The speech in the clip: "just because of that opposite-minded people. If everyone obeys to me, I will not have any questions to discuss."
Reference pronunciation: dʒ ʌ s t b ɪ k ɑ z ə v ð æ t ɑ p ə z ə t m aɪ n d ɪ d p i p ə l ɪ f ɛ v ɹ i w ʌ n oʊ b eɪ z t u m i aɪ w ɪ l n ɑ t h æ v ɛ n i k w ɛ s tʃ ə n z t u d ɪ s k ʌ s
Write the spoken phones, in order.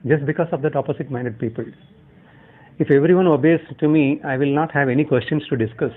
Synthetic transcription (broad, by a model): dʒ ʌ s t b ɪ k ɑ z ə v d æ t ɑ p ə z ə t m aɪ n d ɪ d p i p ə l ɪ f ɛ v ɹ i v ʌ n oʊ b eɪ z t u m i aɪ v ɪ l n ɑ t h æ v ɛ n i k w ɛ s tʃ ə n s t u d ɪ s k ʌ s